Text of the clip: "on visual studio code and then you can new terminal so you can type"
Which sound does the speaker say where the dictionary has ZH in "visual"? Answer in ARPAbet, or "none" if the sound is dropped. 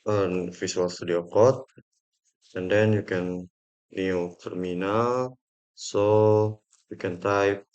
S